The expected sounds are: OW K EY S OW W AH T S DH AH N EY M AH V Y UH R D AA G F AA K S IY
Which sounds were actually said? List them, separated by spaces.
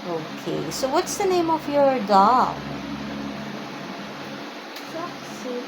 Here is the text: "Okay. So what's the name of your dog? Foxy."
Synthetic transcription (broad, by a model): OW K EY S OW W AH T S DH AH N EY M AH V Y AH R D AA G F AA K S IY